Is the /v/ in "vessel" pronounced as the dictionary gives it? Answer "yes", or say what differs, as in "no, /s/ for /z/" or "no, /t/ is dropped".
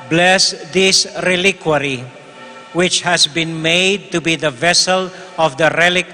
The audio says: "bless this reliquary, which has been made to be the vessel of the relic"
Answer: yes